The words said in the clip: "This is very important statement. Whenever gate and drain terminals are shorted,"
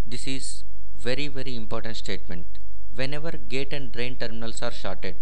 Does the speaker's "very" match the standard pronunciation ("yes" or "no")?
yes